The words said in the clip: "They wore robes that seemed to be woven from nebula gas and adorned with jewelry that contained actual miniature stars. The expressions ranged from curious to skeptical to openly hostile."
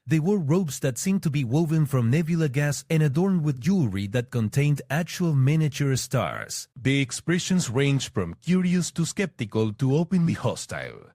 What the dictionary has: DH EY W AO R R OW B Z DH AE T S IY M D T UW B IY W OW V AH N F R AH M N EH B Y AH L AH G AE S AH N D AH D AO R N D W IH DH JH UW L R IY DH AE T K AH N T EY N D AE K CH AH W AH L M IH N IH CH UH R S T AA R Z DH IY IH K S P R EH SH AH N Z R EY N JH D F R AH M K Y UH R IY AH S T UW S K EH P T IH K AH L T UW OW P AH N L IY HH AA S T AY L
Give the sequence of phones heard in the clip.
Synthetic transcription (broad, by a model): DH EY W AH R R OW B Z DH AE T S IY M T UW B IY W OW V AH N F R AH M N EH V Y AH L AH G AE S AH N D AH D AO R N D W IH DH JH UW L R IY DH AE T K AH N T EY N D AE K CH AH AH L M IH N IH CH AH R S T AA R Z DH IY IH K S P R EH SH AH N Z R EY N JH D F R AH M K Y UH R IY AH S T UW S K EH P T IH K AH L T UW OW P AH N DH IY HH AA S T AY L